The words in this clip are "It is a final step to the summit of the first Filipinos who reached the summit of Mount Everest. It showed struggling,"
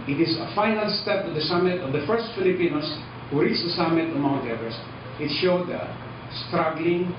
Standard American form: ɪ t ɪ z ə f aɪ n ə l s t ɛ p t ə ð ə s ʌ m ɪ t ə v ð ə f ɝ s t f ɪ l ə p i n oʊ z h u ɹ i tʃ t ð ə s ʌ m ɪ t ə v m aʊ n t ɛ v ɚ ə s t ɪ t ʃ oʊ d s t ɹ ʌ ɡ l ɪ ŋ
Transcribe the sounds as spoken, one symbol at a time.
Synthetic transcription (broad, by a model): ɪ t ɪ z ə f aɪ n ə l s t ɛ p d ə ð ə s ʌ m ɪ t ə v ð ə f ɝ s t f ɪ l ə p i n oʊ s h u ɹ i tʃ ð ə s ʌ m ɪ t ə v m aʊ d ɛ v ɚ s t ɪ t ʃ oʊ d s t ɹ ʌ ɡ l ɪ ŋ